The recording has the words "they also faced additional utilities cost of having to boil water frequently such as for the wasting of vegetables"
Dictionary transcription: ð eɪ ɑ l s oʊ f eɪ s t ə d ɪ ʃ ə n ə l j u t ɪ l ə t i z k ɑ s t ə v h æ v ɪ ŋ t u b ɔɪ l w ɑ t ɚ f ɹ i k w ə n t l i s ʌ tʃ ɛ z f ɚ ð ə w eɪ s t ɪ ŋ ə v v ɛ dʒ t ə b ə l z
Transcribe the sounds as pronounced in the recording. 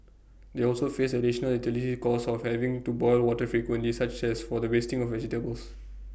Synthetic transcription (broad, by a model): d eɪ ɑ l s oʊ f eɪ s ə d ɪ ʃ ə n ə l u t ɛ l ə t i k ɑ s ə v h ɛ v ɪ ŋ t u b ɔɪ l w ɑ t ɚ f ɹ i k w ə n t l i s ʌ tʃ ɛ s f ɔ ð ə w eɪ s t ɪ ŋ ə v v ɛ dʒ t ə b ə l s